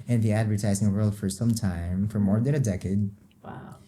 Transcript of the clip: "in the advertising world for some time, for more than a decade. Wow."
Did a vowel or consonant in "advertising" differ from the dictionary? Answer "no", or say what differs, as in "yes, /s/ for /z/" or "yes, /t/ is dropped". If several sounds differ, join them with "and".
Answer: no